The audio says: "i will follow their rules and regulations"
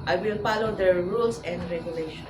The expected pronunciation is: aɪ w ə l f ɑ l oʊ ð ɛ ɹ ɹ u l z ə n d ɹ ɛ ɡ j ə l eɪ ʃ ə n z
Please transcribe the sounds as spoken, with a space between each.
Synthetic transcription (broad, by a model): aɪ w ə l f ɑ l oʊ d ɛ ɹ ɹ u l s ə n d ɹ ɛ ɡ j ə l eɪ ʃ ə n